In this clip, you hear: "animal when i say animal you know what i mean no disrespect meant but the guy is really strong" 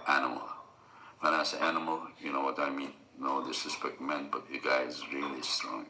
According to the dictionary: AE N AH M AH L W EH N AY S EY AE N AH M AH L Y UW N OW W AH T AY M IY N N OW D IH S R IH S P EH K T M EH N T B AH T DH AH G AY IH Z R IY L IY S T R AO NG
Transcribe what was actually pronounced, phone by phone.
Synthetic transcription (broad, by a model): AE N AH M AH L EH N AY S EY AE N AH M AH L Y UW N OW W AH T AY M IY N N OW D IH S IH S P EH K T M EH N T B AH T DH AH G AY IH Z R IY L IY S T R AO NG